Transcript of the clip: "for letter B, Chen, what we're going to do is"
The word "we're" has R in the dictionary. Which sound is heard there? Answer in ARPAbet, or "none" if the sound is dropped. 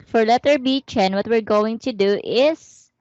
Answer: R